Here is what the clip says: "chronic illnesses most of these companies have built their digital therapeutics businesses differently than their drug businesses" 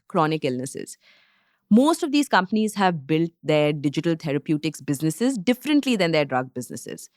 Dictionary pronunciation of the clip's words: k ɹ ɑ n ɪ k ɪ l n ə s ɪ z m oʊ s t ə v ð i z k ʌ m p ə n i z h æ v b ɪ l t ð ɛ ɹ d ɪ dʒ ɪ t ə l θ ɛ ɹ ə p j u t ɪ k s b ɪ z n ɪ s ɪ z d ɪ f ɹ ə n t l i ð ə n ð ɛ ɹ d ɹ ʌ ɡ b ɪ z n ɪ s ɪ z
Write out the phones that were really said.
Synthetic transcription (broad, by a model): k ɹ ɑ n ɪ k ɪ l n ə s ɪ z m oʊ s t ə v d i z k ʌ m p ə n i z h æ v b ɪ l t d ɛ ɹ d ɪ dʒ ɪ t ə l t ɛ ɹ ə p j u t ɪ k s b ɪ z n ɪ s ɪ z d ɪ f ɹ ə n t l i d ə n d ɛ ɹ d ɹ ʌ ɡ b ɪ z n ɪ s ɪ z